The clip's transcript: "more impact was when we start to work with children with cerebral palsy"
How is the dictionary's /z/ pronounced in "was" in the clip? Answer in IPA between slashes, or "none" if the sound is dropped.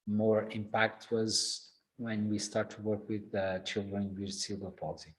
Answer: /z/